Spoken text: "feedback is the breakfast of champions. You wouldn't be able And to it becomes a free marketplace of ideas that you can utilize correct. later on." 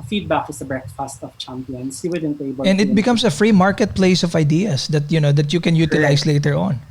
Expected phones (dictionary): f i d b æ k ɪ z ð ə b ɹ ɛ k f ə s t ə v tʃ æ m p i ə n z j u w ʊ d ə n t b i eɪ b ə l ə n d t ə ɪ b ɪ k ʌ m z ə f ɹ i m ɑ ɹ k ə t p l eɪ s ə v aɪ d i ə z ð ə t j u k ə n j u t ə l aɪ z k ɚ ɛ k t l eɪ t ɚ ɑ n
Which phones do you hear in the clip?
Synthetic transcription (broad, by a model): f i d b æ k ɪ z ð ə b ɹ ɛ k f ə s t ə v tʃ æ m p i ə n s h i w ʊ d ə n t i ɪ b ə n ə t b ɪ k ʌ m s ə f ɹ i m ɑ ɹ k ə t p l eɪ s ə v aɪ d i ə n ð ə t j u k ə n j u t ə l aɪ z l eɪ t ɚ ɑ n